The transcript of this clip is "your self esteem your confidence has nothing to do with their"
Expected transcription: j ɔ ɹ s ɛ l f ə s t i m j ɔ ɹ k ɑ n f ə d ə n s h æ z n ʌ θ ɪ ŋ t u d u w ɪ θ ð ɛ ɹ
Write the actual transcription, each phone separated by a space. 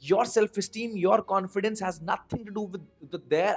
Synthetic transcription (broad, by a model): j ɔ ɹ s ɛ l f ə s t i m j ɔ ɹ k ɑ n f ə d ə n s h æ z n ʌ t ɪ ŋ t u d u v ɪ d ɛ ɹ